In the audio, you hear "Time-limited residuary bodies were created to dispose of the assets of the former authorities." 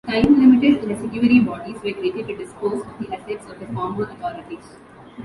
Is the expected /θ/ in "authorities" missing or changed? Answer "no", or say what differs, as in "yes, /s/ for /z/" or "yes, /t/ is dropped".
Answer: yes, /t/ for /θ/